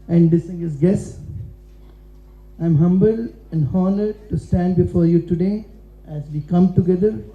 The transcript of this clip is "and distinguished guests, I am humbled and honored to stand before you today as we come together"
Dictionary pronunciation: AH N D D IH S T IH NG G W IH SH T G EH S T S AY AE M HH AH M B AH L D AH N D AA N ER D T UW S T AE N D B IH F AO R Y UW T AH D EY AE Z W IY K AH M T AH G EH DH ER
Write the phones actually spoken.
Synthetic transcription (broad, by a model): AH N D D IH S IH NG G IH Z G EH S S AY M HH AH M B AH L AH N D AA N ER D T UW S T AE N D B IH F AO R Y UW T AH D EY AE Z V IY K AH M T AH G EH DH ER